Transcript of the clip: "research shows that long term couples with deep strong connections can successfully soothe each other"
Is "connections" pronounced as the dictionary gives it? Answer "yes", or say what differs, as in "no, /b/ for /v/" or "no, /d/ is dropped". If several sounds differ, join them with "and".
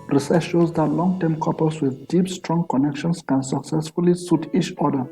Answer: no, /s/ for /z/